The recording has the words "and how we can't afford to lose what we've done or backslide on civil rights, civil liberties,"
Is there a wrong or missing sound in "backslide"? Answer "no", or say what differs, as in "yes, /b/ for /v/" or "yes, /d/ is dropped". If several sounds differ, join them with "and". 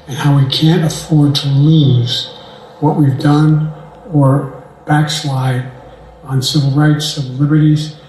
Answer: no